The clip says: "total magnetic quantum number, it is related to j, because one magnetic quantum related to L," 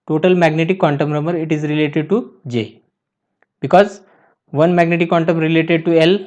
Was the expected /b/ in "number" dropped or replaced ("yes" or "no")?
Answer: yes